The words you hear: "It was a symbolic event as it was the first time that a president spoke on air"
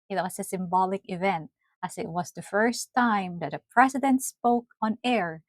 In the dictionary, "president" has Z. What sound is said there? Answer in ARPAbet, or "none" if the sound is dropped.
S